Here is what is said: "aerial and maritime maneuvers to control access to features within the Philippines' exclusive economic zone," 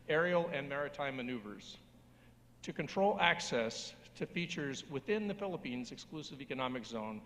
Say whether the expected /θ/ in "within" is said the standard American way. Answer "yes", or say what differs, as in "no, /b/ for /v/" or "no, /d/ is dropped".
yes